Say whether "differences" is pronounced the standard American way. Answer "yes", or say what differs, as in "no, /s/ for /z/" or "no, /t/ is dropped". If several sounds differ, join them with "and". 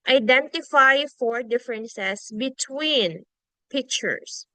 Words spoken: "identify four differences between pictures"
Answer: no, /s/ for /z/